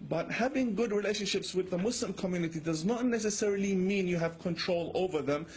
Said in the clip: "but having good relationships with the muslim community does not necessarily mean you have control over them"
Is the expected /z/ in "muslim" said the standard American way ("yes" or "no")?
no